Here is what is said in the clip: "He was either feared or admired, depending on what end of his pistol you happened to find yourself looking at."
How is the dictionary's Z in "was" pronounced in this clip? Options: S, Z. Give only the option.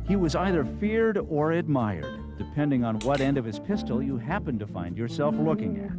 Z